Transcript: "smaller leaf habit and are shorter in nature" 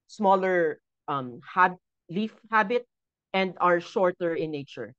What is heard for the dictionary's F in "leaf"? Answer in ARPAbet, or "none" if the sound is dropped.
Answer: F